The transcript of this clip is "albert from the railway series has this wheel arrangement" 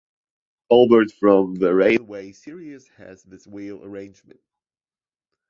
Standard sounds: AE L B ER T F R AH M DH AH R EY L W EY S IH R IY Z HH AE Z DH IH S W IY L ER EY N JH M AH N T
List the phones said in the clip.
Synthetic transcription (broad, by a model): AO L B ER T F R AH M DH AH R EY N W EY S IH R IY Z HH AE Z DH IH S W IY L ER EY N JH M AH N T